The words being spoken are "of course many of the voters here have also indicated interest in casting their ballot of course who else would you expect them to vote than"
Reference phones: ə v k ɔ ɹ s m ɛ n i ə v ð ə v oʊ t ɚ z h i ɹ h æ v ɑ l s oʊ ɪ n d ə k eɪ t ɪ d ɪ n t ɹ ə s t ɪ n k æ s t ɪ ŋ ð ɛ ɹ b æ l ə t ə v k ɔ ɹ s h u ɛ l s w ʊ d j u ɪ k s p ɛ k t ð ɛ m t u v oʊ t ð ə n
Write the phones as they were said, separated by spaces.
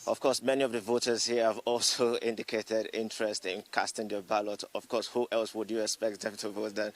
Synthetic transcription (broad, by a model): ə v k ɔ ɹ s m ɛ n i ə v ð ə v oʊ t ɚ z h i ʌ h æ v ɑ l s oʊ ɪ n d ə k eɪ t ɪ d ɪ n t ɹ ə s t ɪ n k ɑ s t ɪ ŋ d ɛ b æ l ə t ə v k ɔ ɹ s h u ɛ l s w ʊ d j u ɪ k s p ɛ k t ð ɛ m t u v oʊ t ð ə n